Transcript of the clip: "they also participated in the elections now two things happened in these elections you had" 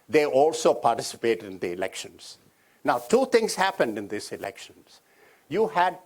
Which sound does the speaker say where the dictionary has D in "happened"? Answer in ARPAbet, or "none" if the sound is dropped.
D